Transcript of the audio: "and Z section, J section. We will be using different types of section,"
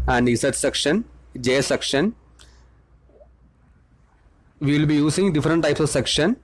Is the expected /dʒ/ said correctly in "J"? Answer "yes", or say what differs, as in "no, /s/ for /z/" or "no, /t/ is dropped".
yes